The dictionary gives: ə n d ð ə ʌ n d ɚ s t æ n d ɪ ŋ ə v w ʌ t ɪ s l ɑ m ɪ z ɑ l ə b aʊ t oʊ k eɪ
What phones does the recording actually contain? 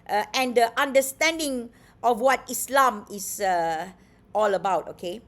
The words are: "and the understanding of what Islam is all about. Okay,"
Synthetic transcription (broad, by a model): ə n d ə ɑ n d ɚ s t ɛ n d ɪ ŋ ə f w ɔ t ɪ s l ɑ m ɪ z ɑ l ə b aʊ t oʊ k eɪ